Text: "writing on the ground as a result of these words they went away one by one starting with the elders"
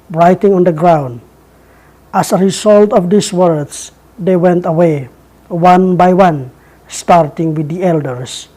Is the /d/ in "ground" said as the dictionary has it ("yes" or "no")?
yes